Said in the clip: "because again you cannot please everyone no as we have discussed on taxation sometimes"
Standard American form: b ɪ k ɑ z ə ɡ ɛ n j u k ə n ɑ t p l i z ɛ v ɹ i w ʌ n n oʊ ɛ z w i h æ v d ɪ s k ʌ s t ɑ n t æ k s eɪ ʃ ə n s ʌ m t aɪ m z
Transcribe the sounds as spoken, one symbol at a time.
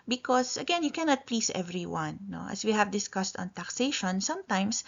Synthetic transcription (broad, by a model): b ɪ k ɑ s ə ɡ ɛ n j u k ə n ɑ t p l i s ɛ v ɹ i w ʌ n n oʊ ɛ s w i h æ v d ɪ s k ʌ s t ɑ n t æ k s eɪ ʃ ə n s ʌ m t aɪ m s